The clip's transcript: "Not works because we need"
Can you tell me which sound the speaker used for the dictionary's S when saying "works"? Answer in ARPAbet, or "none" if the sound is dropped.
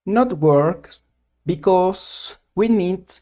none